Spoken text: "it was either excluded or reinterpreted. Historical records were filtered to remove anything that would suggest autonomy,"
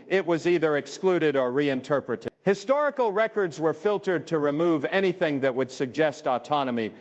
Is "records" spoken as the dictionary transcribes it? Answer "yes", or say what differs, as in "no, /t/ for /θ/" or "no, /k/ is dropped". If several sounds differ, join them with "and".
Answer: yes